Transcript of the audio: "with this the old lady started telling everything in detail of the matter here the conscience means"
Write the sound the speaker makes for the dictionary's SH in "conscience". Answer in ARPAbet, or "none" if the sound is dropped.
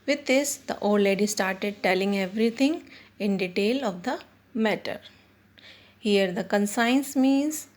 S